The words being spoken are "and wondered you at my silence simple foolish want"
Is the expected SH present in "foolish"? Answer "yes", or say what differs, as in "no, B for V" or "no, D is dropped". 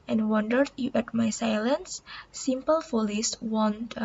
no, S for SH